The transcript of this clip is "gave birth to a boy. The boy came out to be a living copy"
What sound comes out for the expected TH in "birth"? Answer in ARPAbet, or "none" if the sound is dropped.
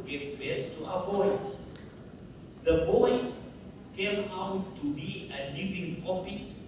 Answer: S